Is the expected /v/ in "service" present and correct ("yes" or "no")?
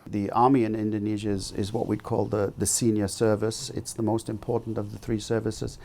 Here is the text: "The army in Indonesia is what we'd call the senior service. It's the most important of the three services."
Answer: yes